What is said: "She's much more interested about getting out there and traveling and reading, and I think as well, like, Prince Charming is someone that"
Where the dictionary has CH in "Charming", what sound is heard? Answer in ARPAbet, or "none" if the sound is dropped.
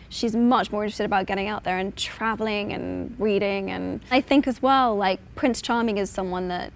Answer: CH